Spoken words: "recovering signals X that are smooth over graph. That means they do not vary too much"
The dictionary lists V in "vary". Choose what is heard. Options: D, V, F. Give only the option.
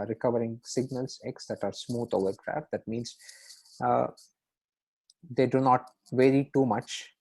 V